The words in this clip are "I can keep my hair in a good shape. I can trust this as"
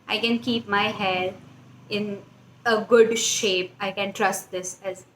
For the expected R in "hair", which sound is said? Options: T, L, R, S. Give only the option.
L